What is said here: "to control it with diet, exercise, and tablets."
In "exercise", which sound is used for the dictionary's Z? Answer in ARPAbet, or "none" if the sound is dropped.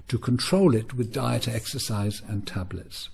Z